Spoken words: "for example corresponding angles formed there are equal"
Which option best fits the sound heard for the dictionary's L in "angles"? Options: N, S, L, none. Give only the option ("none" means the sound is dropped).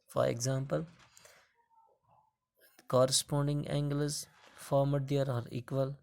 none